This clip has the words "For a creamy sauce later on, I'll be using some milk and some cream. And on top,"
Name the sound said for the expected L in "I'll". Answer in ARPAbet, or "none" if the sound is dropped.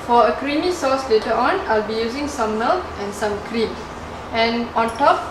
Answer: L